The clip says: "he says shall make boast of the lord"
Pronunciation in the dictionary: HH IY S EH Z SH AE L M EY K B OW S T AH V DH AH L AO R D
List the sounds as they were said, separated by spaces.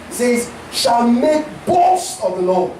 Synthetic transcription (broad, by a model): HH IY S EH Z SH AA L M EY K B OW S AH V DH AH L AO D